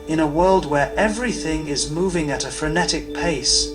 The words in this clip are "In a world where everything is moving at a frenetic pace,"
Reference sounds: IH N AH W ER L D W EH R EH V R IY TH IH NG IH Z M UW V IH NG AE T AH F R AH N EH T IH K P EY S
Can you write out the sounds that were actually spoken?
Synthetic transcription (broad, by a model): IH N AH W ER L D W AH R EH V R IY TH IH NG IH Z M UW V IH NG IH T AH F R AH N EH T IH K P EY S